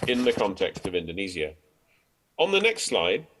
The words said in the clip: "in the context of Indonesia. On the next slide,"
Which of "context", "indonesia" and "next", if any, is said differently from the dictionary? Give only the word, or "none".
indonesia